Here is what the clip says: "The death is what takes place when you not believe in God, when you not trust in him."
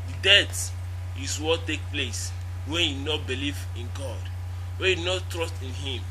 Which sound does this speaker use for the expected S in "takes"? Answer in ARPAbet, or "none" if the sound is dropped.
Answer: none